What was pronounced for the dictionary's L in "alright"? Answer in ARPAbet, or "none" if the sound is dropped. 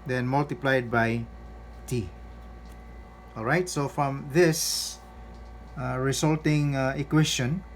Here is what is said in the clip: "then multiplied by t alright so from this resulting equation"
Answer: L